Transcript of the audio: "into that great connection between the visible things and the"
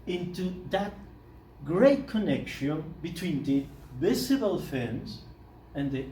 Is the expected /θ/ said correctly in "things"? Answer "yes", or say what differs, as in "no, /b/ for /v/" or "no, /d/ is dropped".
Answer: no, /f/ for /θ/